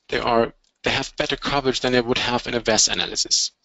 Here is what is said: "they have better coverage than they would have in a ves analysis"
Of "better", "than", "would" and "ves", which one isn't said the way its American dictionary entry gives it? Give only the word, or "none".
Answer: none